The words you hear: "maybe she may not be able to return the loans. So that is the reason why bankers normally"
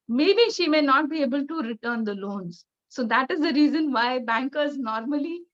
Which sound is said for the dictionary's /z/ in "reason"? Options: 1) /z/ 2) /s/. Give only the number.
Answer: 1